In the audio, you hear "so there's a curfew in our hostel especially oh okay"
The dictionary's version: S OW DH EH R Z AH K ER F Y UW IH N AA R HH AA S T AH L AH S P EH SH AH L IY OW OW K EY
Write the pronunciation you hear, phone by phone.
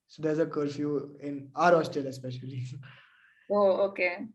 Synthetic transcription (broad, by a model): S OW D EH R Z AH K ER F Y UW IH N AA R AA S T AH L AH S P EH SH AH L IY OW OW K EY